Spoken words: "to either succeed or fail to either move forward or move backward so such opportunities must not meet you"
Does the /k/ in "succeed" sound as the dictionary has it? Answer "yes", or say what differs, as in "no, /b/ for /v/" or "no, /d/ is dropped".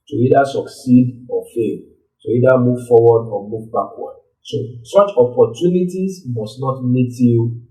yes